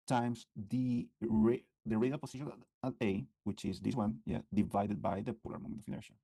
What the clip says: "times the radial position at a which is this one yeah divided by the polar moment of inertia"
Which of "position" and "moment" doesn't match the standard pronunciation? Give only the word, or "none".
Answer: position